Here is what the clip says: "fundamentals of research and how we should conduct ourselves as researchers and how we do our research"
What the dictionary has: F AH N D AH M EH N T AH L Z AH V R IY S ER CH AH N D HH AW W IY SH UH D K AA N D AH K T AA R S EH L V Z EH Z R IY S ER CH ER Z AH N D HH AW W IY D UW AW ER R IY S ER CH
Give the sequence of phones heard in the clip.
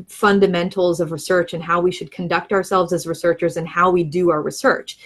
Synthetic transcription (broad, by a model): F AH N D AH M EH N T L Z AH V R IY S ER CH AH N HH AW W IY SH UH D K N D AH K T AA R S EH L V Z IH Z R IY S ER CH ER Z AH N HH AW W IY D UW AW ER R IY S ER CH